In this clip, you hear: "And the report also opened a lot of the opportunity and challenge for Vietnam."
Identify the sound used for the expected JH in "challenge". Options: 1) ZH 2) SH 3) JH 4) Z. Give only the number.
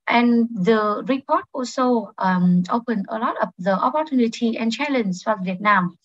4